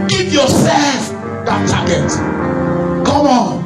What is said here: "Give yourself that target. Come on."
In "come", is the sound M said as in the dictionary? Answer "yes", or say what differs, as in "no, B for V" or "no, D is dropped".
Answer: no, M is dropped